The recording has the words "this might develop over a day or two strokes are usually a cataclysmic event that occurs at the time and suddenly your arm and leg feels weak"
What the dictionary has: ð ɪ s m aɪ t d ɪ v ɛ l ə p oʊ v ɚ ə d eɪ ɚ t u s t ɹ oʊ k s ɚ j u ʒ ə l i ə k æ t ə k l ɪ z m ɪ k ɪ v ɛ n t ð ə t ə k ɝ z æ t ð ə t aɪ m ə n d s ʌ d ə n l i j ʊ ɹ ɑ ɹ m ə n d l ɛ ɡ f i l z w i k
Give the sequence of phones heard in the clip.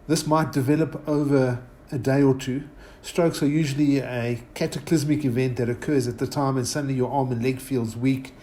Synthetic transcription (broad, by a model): ð ɪ s m aɪ t d ɪ v ɛ l ə p oʊ v ɚ ə d eɪ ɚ t u s t ɹ oʊ k s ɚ j u ʒ ə l i ə k æ t ə k l ɪ z m ɪ k ɪ v ɛ n t ð ə t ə k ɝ z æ t ð ə t aɪ m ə n s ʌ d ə n l i j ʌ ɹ ɑ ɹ m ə n l ɛ ɡ f i l z w i k